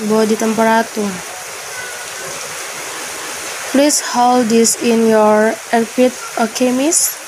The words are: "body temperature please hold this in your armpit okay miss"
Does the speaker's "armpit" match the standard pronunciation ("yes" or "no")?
no